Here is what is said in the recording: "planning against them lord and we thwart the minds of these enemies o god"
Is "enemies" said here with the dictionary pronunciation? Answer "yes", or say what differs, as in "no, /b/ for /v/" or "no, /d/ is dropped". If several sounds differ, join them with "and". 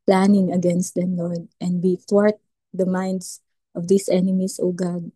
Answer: no, /s/ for /z/